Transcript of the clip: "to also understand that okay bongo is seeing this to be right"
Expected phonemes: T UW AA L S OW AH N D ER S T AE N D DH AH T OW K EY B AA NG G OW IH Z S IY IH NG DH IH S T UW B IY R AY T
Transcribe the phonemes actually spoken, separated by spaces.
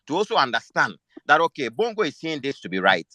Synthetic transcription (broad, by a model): T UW AA L S OW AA N D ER S T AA N D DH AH T OW K EY B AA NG G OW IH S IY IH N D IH S T UW B IY R AY T